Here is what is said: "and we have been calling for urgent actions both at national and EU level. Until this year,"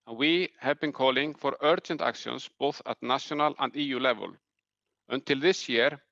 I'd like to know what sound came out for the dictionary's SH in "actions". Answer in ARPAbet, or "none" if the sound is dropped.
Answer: S